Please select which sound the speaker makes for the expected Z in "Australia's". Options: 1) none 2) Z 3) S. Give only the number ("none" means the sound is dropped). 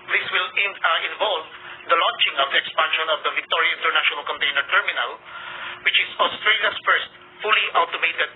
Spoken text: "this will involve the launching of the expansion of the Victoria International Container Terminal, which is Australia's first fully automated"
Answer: 3